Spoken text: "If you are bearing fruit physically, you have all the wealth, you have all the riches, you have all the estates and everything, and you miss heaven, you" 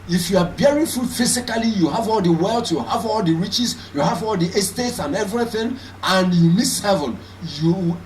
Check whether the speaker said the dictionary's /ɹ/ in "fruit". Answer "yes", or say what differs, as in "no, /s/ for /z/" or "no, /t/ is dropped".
no, /ɹ/ is dropped